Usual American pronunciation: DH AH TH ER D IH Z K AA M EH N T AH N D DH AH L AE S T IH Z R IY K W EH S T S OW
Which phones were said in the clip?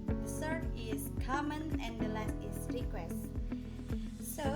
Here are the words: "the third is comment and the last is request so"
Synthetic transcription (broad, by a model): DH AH S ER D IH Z K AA M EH N AH N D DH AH L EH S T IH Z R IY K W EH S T S OW